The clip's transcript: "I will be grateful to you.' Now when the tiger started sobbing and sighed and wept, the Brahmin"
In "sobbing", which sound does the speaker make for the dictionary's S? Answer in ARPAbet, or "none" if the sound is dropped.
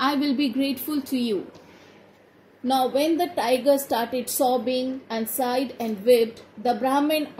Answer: S